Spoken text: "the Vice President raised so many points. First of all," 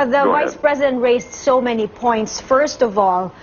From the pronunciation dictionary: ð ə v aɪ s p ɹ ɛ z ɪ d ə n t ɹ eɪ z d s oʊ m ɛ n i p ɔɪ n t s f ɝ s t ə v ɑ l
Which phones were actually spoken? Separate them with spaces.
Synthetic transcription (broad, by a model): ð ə v aɪ s p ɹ ɛ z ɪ d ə n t ɹ eɪ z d s oʊ m ɛ n i p ɔɪ n t s f ɝ s t ə v ɑ l